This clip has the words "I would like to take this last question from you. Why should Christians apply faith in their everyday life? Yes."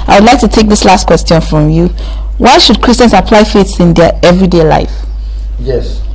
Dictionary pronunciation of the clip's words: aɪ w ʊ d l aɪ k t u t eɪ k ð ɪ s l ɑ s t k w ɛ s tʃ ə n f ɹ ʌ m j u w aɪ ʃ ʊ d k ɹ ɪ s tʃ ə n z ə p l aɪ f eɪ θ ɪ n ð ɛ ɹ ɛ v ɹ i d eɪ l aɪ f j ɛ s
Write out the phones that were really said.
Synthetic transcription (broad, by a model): aɪ w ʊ d l aɪ k t u t eɪ k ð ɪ s l ɑ s t k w ɛ s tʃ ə n f ɹ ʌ m j u w aɪ ʃ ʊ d k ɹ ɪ s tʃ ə n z ə p l aɪ f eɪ s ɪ n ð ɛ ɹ ɛ v ɹ i d eɪ l aɪ f j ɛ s